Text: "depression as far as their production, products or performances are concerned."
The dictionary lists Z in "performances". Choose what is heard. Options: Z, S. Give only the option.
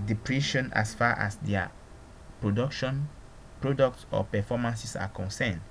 S